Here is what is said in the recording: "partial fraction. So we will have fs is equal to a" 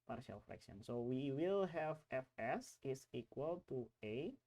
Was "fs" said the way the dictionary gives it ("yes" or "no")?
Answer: yes